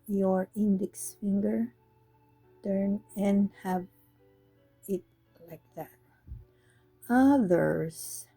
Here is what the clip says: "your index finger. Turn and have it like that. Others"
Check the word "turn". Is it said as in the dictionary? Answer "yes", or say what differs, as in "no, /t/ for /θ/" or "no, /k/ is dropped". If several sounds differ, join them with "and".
yes